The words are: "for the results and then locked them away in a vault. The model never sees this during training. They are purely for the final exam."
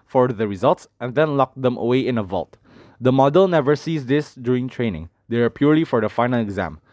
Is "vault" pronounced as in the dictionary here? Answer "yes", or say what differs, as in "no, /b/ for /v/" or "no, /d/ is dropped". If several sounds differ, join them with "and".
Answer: yes